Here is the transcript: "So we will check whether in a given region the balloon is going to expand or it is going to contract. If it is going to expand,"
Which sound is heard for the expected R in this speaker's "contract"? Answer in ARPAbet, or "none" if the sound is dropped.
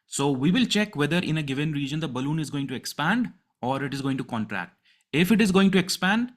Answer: R